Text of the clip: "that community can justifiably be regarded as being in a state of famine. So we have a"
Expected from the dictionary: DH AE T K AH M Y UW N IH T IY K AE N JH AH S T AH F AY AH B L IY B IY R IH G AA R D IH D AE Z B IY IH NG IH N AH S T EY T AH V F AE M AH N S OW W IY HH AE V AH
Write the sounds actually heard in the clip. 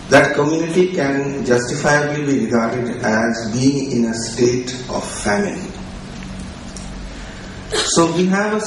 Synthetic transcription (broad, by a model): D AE T K AH M Y UW N IH T IY K AE N JH AH S T AH F AY AH B L IY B IY R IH G AA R D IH D AE Z B IY IH NG IH N AH S T EY T AH V F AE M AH L S OW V IY HH AE V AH